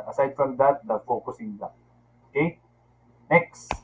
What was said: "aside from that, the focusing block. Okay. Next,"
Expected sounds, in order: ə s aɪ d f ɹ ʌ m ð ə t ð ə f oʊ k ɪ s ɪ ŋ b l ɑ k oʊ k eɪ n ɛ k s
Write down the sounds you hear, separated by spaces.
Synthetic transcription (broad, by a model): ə s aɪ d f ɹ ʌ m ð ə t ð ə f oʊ k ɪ s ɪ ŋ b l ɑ oʊ k eɪ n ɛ k s